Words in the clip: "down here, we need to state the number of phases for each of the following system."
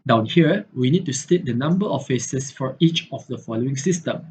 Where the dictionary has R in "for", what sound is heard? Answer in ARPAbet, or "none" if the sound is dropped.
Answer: R